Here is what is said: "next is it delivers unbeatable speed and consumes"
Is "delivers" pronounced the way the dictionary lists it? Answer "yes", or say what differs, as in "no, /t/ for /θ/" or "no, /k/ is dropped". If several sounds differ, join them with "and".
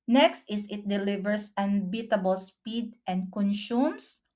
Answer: no, /s/ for /z/